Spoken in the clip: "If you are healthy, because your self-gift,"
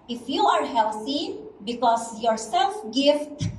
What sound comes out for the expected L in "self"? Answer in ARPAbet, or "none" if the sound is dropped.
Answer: L